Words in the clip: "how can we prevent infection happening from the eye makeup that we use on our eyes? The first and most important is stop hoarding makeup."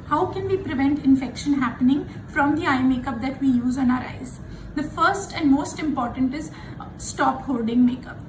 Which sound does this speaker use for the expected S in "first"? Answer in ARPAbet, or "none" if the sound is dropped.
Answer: S